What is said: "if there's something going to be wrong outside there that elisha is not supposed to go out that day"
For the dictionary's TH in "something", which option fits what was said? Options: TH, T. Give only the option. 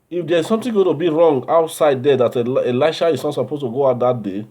T